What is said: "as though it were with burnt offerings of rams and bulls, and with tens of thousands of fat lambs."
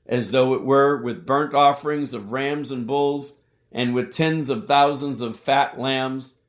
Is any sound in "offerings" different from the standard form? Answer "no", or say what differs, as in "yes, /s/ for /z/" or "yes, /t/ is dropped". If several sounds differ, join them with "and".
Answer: no